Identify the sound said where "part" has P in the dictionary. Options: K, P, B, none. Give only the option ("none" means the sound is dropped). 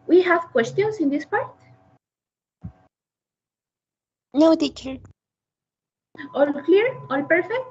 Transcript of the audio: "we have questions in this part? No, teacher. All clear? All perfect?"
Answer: P